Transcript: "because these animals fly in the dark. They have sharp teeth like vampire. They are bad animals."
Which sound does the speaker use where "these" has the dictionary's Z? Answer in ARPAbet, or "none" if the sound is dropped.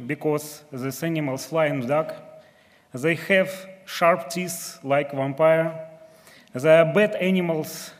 S